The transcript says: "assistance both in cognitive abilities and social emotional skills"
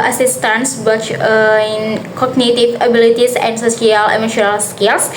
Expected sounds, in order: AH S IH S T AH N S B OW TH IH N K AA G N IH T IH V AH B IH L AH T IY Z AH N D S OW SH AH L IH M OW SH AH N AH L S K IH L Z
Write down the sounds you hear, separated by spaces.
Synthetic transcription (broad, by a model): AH S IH S T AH N S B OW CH IH N K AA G N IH T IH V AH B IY L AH T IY S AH N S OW S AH L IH M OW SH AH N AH L S K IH L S